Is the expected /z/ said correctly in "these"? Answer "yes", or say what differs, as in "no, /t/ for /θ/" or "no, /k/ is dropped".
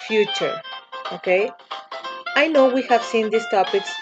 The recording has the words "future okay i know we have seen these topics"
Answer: no, /s/ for /z/